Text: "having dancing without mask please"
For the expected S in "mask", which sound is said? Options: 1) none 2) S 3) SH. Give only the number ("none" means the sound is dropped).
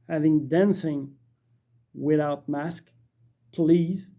2